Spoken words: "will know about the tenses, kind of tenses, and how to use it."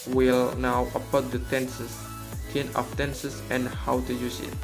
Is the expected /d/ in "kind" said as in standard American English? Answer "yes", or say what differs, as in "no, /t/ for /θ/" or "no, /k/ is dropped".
no, /d/ is dropped